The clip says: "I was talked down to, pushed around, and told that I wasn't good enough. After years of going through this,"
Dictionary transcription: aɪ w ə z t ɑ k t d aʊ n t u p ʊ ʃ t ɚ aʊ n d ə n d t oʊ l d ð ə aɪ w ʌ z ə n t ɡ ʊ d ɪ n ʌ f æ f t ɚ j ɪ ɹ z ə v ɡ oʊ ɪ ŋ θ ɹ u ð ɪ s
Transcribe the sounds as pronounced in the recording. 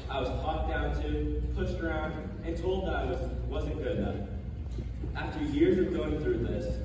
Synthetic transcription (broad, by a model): aɪ w ə z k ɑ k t d aʊ n t u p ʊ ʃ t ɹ aʊ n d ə t oʊ l d ð ə aɪ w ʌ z ə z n ɡ ʊ d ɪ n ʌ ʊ æ f t ɚ j ɪ ɹ z ə v ɡ oʊ ɪ ŋ θ ɹ u ð ɪ s